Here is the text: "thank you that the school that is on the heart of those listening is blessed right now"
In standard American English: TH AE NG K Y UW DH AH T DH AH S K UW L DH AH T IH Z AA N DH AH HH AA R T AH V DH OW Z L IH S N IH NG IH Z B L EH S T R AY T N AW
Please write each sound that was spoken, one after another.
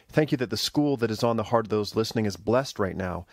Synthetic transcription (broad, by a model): TH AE NG K Y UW DH AH T DH AH S K UW L DH AH T IH Z N DH AH HH AA R T AH V DH OW Z L IH S N IH NG IH Z B L EH S T R AY T N AW